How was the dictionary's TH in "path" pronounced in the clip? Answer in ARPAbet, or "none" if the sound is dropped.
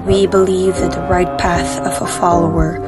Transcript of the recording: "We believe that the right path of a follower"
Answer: TH